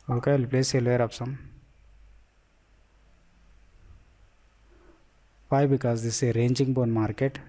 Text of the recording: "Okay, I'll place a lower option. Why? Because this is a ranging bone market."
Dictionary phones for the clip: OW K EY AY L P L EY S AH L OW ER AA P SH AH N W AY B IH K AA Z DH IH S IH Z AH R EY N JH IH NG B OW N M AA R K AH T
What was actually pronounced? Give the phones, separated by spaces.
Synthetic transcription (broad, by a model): OW K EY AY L P L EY S AH L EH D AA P S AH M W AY B IH K AA Z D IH S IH R EY N JH IH NG B OW N M AA R K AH T